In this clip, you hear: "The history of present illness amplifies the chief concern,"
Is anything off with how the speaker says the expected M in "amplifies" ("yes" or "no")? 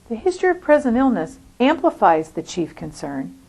no